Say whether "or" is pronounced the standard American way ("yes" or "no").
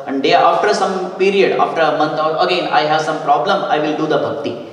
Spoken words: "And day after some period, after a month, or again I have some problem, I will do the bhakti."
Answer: no